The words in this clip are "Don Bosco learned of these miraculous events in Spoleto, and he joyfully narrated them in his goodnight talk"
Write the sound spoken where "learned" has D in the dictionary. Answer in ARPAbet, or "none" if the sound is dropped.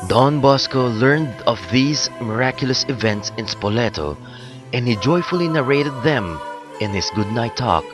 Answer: D